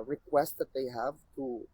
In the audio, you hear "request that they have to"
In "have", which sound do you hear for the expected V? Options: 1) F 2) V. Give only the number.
2